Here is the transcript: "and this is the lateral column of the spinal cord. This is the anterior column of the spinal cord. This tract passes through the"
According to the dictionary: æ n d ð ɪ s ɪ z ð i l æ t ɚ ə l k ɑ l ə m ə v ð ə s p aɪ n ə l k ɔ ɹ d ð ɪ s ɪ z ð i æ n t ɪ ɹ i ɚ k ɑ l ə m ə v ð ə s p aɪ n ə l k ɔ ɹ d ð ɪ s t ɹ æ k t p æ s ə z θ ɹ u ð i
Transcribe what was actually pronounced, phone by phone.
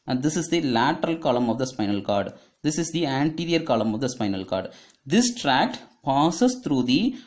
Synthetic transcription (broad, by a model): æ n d ɪ s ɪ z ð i l æ t ɚ ə l k ɑ l ə m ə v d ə s p aɪ n ə l k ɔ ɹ d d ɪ s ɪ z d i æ n t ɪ ɹ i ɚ k ɑ l ə m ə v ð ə s p aɪ n ə l k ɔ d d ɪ s t ɹ æ k t p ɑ s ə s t ɹ u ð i